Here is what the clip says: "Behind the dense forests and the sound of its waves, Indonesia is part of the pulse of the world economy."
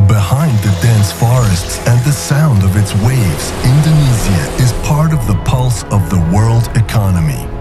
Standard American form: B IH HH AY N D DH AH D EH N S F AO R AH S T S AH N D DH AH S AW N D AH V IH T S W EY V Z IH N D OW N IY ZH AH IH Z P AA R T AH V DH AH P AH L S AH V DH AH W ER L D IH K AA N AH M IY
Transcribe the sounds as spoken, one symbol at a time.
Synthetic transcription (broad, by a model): B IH HH AY N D DH AH D EH N S F AO R AH S T S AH N DH AH S AW N D AH V IH T S W EY V Z IH N D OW N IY Z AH IH Z P AA R T AH V DH AH P AH L S AH V DH AH W ER L D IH K AA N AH M IY